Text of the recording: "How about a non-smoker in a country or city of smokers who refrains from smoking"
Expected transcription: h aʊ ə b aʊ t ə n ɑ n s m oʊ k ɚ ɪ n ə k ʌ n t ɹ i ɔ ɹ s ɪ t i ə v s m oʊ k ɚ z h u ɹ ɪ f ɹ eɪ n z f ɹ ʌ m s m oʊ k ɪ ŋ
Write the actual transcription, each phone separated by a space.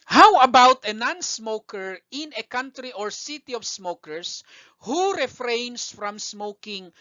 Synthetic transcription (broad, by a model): h aʊ ə b aʊ t ə n ɑ n s m oʊ k ɚ ɪ n ə k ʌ n t ɹ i ɔ ɹ s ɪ t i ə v s m oʊ k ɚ s h u ɹ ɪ f ɹ eɪ n s f ɹ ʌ m s m oʊ k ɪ ŋ